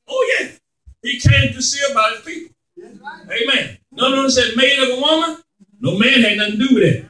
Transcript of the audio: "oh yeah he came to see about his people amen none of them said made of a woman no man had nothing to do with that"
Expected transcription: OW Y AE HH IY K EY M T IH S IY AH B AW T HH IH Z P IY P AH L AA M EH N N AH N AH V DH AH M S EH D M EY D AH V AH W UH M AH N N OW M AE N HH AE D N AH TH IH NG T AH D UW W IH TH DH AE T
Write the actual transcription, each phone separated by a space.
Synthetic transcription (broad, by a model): OW Y AE HH IY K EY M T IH S IY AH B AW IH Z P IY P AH AA M EH N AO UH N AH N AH S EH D M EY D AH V AH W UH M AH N N OW M AE N HH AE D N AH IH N D UW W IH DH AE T